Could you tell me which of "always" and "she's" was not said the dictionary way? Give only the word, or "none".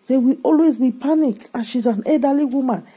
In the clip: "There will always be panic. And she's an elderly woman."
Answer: none